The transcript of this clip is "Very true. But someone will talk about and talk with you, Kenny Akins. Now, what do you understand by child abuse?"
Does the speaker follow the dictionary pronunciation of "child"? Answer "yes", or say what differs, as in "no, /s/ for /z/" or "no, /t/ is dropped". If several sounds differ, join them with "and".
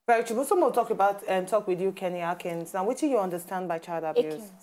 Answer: yes